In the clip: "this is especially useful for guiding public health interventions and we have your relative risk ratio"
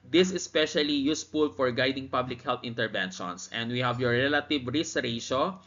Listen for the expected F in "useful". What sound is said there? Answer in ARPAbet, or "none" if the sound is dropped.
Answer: P